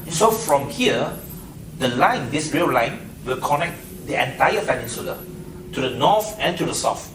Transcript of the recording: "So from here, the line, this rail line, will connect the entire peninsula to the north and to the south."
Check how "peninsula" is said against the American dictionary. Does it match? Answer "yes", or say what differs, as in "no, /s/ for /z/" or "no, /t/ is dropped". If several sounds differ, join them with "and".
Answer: no, /f/ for /p/